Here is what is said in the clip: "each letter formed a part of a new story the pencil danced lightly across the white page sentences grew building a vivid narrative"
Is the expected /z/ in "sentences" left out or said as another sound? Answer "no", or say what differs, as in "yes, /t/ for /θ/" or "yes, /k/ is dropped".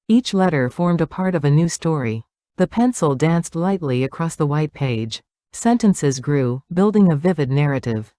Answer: no